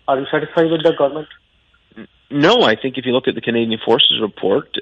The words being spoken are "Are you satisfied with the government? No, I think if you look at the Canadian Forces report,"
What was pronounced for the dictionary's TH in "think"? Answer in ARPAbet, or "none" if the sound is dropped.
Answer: TH